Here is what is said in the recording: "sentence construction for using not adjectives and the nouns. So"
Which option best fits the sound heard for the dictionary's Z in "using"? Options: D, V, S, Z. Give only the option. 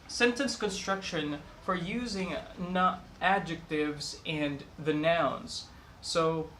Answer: Z